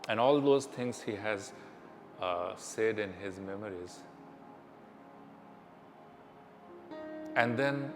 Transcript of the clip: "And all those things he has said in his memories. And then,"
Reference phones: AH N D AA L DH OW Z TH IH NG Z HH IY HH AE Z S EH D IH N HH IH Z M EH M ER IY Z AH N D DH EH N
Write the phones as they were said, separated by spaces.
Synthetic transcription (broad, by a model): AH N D AA L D OW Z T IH NG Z HH IY HH AE Z S EH D IH N HH IH Z M EH M ER IY Z AH N D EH N